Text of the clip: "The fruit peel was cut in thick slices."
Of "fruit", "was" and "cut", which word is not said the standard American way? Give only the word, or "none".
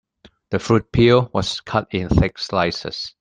was